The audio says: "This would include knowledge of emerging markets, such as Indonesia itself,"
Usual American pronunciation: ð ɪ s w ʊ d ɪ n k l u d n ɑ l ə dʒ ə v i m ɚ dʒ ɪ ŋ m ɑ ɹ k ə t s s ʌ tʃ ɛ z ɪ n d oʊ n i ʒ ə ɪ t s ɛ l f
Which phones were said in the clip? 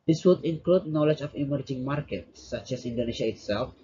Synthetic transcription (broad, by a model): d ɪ s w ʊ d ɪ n k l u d n ɑ l ə dʒ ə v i m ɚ dʒ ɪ ŋ m ɑ ɹ k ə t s s ʌ tʃ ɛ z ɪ n d oʊ n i ʃ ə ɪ t s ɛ l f